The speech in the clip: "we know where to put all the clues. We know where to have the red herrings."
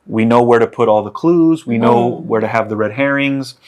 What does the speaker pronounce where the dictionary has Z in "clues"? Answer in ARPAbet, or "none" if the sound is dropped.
Z